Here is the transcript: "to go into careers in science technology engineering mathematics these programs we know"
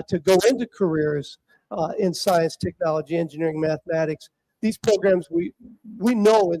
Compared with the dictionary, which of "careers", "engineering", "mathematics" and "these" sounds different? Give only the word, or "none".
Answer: none